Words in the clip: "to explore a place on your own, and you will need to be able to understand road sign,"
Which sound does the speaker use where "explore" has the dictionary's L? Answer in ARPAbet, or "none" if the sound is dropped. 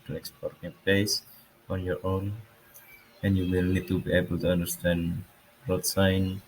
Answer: none